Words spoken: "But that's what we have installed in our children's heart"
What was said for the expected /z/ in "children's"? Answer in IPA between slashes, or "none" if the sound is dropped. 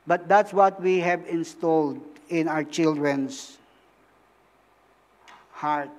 /s/